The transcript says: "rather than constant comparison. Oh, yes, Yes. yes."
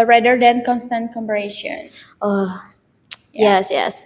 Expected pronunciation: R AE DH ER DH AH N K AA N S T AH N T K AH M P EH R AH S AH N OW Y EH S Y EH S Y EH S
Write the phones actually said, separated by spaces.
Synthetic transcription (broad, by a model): R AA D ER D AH N K AA N S T AH N T K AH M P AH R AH SH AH N OW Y Y EH S Y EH S